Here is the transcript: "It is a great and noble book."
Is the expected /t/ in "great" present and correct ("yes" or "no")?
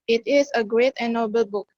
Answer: yes